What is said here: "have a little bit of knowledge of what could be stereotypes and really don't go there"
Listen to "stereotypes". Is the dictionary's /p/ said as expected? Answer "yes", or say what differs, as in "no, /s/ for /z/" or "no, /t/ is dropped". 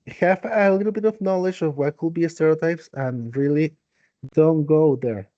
yes